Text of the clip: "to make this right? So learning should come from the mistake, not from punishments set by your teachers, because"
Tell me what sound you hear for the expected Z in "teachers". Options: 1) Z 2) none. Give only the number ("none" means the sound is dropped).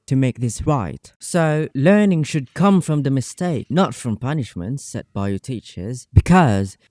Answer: 1